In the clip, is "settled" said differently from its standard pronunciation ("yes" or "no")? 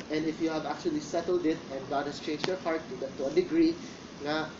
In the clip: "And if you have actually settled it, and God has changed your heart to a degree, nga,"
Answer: no